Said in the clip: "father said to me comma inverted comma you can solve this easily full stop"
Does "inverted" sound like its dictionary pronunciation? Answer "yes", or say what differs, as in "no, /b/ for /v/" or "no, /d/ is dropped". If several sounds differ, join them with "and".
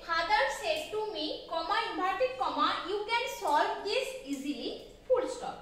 no, /b/ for /v/